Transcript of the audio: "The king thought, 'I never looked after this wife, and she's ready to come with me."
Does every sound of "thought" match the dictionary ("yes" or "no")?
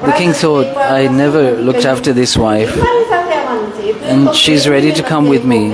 yes